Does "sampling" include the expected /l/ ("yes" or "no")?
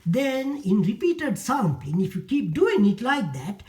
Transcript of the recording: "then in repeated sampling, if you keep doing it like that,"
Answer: no